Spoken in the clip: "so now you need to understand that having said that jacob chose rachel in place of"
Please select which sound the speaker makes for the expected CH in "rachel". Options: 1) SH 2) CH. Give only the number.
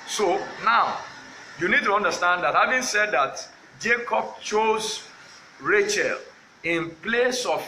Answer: 2